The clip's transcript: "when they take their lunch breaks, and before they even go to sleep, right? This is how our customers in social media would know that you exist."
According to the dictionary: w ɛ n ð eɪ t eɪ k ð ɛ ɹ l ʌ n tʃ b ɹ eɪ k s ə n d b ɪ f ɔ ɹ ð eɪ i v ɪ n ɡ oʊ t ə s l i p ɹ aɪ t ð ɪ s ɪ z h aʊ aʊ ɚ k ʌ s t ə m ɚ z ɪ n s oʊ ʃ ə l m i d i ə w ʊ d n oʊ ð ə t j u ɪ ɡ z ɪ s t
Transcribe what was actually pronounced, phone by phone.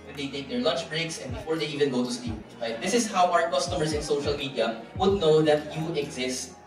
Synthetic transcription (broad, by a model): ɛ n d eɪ t eɪ k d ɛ ɹ l ʌ n tʃ b ɹ eɪ k s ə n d b ɪ f ɔ ɹ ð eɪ i v ɪ n ɡ oʊ t ə s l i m ɹ aɪ t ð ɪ s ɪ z h aʊ aʊ ɚ k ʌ s t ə m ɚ s ɪ n s oʊ ʃ ə l m i d i ə w ʊ d n oʊ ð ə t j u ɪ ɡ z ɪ s t